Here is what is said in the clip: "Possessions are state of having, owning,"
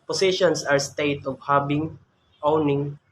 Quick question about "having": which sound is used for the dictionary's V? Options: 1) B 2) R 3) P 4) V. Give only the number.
1